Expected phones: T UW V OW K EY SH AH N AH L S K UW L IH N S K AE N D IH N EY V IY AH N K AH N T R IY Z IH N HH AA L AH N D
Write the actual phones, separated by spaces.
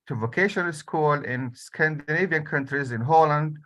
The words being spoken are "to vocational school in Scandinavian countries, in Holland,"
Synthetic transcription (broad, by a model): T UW V OW K EY SH AH N AH L S K UW L IH N S K AE N D IH N EY V IY AH N K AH N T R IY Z IH N HH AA L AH N D